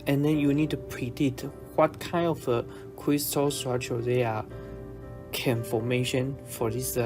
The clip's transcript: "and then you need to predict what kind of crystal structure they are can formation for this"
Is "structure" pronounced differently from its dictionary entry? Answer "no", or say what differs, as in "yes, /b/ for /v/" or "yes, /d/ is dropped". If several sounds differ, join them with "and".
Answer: yes, /k/ is dropped